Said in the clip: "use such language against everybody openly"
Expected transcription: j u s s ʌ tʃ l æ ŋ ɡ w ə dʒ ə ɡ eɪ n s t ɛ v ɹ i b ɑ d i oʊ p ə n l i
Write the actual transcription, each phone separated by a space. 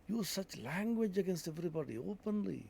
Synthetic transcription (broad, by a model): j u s s ʌ tʃ l æ ŋ ɡ w ə dʒ ə ɡ eɪ n s t ɛ v ɹ i b ɑ d i oʊ p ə n l i